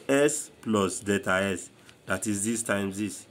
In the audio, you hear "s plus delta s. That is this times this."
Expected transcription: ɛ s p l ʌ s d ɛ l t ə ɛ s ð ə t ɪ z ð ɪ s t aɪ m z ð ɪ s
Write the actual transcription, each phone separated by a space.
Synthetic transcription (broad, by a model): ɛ s p l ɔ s d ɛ t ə ɛ s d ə t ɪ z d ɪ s t aɪ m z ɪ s